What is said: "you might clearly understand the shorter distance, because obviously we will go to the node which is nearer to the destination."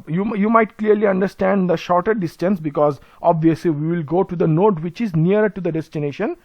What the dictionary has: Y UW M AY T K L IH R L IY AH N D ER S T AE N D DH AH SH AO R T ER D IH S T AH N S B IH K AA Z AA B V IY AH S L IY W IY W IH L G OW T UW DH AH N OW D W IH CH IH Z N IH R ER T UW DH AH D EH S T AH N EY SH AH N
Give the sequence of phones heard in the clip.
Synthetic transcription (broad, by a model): Y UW M AY T K L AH R L IY AH N D ER S T AE N D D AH SH AO R T ER D IH S T AH N S B IH K AA Z AA B V IY AH S L IY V IY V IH L G OW T UW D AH N OW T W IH CH IH Z N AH R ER T UW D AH D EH S T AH N EY SH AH N